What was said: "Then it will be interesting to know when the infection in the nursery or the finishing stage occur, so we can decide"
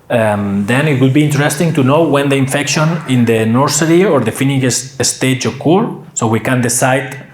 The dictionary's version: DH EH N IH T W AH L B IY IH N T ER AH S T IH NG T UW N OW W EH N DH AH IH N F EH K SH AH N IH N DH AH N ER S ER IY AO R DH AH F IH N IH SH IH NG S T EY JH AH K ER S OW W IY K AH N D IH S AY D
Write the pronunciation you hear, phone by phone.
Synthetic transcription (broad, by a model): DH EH N IH T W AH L B IY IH N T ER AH S T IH NG T UW N OW W EH N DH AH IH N F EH K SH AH N IH N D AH N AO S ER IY AO R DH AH F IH N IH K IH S S T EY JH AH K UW S OW W IY K AH N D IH S AY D